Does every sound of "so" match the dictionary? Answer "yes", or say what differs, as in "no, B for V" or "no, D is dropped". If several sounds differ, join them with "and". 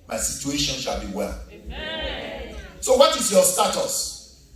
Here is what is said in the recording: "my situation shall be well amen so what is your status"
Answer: yes